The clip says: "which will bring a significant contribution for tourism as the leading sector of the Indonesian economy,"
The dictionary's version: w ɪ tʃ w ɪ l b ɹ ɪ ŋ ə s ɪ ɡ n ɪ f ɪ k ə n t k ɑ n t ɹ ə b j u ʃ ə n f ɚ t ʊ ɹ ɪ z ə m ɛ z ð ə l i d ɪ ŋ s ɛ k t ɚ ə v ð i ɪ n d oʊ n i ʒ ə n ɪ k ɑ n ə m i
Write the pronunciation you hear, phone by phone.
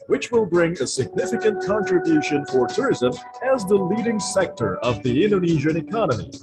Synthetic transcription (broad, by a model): w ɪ tʃ w ɪ l b ɹ ɪ ŋ ə s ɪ ɡ n ɪ f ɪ k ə n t k ɑ n t ɹ ə b j u ʃ ə n f ɚ t ʊ ɹ ɪ z ə m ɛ z ð ə l i d ɪ ŋ s ɛ k t ɚ ə v ð i ɪ n d oʊ n i ʒ ə n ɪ k ɑ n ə m i